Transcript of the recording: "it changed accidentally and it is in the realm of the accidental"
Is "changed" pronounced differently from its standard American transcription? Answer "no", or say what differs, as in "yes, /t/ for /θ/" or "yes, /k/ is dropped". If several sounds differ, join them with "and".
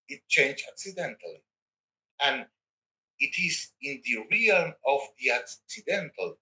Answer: yes, /d/ is dropped